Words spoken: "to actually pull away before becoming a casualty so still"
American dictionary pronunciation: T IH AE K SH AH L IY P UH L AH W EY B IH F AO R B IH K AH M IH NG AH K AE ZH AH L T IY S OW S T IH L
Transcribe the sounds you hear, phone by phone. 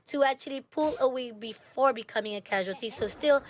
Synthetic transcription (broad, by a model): T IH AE K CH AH L IY P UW L AH W EY B IH F AO R B IH K AH M IH NG AH K AE ZH AH L T IY S OW S T IH L